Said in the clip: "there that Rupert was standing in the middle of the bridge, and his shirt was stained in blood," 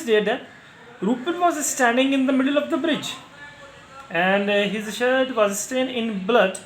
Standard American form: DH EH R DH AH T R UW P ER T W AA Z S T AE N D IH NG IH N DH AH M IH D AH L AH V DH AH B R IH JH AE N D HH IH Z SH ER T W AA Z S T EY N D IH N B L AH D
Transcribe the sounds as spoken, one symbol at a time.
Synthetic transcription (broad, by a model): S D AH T R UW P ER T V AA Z S T AE N D IH NG IH N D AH M IH D AH L AH V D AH B R IH JH AE N D HH IH Z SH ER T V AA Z S T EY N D IH N B L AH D